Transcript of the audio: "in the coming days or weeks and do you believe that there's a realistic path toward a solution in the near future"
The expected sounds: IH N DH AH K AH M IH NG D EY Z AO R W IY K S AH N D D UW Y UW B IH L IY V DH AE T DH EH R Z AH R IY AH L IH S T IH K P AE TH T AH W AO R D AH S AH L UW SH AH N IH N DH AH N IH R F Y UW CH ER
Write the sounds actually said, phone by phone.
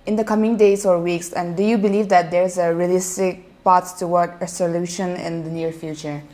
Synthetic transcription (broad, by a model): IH N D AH K AH M IH NG D EY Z AO R W IY K S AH N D D UW Y UW B IH L IY V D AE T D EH R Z AH R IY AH L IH S T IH K P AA S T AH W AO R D AH S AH L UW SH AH N IH N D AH N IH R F Y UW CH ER